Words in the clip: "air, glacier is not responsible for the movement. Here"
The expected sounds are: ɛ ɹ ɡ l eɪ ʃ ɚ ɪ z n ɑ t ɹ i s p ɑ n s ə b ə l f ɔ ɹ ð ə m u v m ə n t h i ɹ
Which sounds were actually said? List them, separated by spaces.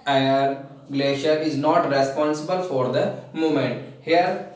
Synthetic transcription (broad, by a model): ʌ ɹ ɡ l eɪ ʃ ɚ ɪ z n ɑ t ɹ i s p ɑ n s ə b ə l f ɔ ɹ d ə m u m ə n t h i ɹ